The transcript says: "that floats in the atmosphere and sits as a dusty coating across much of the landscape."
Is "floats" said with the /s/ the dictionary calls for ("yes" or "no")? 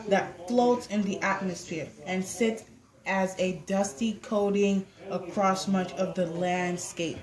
yes